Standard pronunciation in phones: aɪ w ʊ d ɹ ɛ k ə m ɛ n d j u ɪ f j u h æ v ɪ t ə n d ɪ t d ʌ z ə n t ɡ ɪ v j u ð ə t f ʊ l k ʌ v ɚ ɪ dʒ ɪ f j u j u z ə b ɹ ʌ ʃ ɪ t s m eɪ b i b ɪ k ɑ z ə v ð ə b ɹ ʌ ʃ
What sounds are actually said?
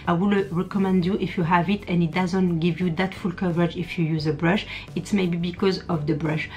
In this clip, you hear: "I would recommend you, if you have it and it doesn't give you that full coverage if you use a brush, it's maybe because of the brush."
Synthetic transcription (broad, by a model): aɪ w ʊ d ɹ ɛ k ə m ɛ n d j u ɪ f j u h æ v ɪ t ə n ɪ t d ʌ z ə n t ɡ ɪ v j u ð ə t f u l k ʌ v ɚ ɪ dʒ ɪ f j u j u z ə b ɹ ʌ ʃ ɪ t s m eɪ b i b ɪ k ɑ z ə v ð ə b ɹ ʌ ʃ